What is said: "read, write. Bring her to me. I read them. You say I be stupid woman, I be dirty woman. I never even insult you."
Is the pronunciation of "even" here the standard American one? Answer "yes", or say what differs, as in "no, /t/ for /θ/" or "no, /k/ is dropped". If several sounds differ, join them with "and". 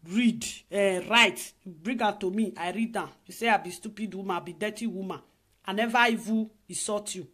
no, /n/ is dropped